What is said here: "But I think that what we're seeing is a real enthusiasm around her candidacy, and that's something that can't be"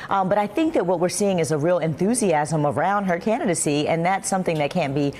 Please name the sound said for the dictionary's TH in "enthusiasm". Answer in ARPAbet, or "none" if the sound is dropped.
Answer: TH